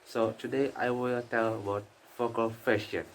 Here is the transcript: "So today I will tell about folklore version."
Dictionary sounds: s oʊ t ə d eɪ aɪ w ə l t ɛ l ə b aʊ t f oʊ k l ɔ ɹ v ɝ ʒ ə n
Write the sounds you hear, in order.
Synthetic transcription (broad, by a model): s oʊ t ə d eɪ aɪ w ə l t ɛ l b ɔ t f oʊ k ɔ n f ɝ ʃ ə n